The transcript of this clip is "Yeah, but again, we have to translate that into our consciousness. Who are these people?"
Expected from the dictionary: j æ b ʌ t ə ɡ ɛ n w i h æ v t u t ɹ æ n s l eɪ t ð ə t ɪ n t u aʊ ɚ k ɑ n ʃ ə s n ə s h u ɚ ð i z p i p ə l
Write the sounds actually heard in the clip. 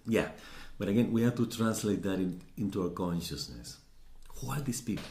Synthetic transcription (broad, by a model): j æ b ʌ t ə ɡ ɛ n w i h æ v t u t ɹ æ n s l eɪ t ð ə t ɪ n t u aʊ ɚ k ɑ n ʃ ə s n ə s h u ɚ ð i s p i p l